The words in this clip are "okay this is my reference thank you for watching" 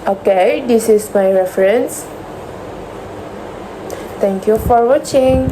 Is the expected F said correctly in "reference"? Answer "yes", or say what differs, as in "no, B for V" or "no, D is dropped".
yes